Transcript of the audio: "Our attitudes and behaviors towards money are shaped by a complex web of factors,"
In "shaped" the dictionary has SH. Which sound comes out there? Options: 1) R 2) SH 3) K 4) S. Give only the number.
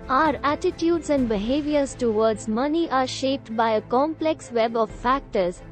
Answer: 2